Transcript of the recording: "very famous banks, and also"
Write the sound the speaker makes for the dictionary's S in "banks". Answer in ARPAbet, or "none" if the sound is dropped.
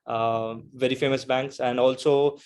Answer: S